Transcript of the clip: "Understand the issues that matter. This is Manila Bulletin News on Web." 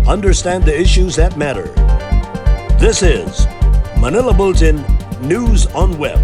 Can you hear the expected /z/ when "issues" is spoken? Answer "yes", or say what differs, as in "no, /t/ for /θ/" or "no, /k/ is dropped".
yes